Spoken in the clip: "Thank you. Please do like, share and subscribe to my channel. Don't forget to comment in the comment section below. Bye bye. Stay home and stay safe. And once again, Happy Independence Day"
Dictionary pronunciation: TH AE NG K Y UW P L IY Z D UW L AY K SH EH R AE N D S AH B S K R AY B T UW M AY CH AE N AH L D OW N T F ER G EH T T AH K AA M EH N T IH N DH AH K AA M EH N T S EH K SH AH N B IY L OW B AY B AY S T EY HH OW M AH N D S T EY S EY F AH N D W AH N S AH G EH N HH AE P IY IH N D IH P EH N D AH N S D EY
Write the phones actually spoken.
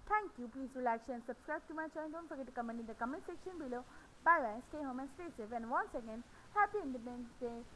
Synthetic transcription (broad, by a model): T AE NG K Y UW P L IY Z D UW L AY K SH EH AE N S AH B S K R AY B T UW M AY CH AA AH N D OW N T F ER G EH T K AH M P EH N IH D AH K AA M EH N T S EH K SH AH N B IY L OW B AY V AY S T EY HH OW M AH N S T EY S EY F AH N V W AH N S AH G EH N HH AE P IY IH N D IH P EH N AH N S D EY